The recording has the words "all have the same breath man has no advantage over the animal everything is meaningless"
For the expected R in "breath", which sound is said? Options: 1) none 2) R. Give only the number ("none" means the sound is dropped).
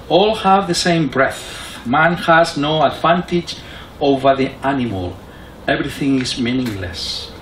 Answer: 2